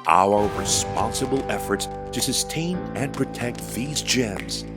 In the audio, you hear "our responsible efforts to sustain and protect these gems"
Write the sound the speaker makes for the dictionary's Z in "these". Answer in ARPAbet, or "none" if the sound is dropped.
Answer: Z